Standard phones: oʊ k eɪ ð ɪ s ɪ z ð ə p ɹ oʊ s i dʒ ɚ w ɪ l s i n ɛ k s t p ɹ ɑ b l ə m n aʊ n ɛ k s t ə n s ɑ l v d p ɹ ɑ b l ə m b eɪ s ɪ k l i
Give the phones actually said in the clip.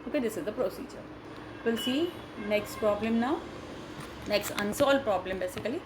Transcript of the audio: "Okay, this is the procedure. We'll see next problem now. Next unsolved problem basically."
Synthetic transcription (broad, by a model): oʊ k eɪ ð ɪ s ɪ z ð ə p ɹ oʊ s i dʒ ɚ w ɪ l s i n ɛ k s t p ɹ ɑ b l ə m n aʊ n ɛ k s t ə n s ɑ l d p ɹ ɑ b l ə m b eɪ s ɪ k l i